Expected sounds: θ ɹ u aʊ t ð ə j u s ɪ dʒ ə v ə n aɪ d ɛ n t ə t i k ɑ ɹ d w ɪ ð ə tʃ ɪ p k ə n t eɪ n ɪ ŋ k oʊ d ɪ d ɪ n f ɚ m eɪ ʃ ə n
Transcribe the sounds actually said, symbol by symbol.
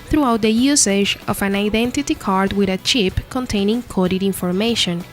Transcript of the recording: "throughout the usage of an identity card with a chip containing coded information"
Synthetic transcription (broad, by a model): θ ɹ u aʊ t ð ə j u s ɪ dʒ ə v ə n aɪ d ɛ n t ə t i k ɑ ɹ d w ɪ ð ə tʃ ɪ p k ə n t eɪ n ɪ ŋ k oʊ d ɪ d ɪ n f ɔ m eɪ ʃ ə n